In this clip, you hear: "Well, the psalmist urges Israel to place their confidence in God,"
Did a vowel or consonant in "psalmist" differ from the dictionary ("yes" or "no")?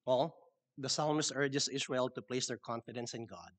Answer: yes